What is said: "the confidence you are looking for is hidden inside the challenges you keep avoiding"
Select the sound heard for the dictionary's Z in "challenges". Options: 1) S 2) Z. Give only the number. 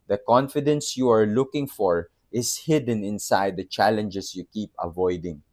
1